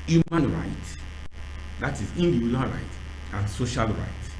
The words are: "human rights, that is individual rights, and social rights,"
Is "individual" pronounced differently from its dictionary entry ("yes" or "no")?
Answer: yes